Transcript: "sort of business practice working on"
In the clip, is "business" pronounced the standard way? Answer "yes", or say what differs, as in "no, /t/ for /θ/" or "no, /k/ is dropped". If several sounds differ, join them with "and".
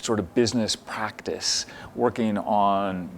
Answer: yes